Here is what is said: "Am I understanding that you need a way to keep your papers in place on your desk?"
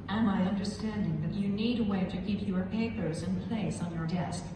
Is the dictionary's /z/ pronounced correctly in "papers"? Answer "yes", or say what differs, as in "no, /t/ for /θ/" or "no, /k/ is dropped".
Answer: yes